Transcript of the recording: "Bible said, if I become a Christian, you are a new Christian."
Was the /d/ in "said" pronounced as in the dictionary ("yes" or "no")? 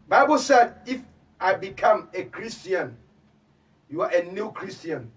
yes